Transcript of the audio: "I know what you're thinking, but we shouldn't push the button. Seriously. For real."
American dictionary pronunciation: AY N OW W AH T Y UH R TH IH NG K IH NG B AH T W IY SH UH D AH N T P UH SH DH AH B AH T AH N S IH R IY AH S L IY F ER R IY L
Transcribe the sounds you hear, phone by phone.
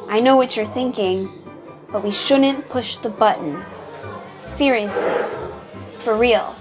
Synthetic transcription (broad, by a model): AY N OW W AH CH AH R TH IH NG K IH NG B AH T W IY SH UH D N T P UH SH DH AH B AH T N S IH R IY AH S L IY F ER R IY L